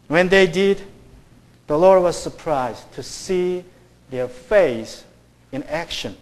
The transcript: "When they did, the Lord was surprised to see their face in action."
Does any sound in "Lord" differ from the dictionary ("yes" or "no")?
no